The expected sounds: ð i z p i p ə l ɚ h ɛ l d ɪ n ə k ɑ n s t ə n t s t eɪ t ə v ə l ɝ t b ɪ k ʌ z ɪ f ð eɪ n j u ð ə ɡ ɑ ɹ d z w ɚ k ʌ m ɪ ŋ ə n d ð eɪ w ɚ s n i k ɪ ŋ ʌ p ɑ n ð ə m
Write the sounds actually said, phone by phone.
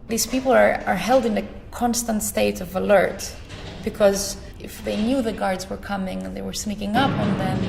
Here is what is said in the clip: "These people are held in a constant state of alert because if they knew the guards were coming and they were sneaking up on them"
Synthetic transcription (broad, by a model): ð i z p i p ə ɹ ɚ h ɛ l d ɪ n ə k ɑ n s t ə n t s t eɪ t ə v ə l ɝ t b ɪ k ʌ z ɪ f ð eɪ n j u ð ə ɡ ɑ ɹ d z w ɚ k ʌ m ɪ ŋ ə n ð eɪ w ɚ s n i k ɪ ŋ ʌ p n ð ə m